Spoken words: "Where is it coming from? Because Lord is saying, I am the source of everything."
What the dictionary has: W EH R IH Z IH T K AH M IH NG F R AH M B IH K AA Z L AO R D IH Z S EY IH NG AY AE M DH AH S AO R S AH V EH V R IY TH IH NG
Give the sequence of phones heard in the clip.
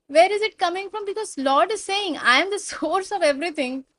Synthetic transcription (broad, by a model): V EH R IH Z IH T K AH M IH NG F R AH M B IH K AA Z L AO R D IH Z S EY IH NG AY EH M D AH S AO R S AH V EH V R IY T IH NG